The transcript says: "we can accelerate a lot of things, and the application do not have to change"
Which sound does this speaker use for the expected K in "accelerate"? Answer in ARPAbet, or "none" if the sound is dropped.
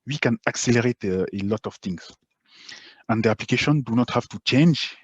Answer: K